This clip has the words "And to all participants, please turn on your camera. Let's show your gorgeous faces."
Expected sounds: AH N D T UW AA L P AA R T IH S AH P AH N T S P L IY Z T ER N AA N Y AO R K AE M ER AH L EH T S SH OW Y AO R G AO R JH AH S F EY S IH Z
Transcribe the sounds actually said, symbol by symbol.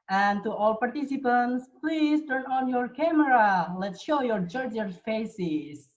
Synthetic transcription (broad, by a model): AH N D T UW AA L P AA R T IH S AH P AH N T S P L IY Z T ER N AA N Y AO R K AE M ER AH L EH T S SH OW Y AO R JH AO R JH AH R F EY S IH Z